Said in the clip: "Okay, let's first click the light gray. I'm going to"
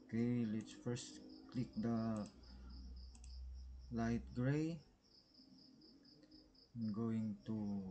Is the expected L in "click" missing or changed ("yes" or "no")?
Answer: no